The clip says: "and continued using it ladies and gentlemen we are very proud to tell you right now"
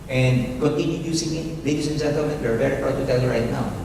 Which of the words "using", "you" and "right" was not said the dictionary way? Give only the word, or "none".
using